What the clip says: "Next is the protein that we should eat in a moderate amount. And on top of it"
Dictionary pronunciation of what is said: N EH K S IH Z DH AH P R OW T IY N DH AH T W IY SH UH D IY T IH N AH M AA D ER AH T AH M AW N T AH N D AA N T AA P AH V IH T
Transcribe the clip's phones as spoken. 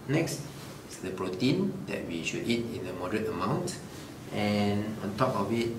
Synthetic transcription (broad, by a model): N EH K S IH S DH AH P R OW T IY N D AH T W IY SH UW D IY T IH N AH M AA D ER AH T AH M AW N T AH N AA N T AA P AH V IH T